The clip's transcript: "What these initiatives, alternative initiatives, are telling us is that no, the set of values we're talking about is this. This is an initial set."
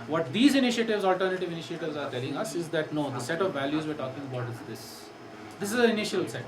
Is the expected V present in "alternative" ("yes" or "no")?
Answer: yes